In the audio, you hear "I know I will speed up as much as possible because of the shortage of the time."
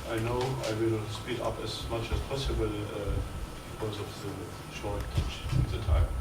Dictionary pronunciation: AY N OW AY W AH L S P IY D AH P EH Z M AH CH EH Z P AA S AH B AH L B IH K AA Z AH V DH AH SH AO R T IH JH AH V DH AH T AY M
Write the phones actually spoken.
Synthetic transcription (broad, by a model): AY N OW AY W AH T S P IY D AH P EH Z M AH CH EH S P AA S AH B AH L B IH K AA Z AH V DH AH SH AO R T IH CH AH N DH AH T AY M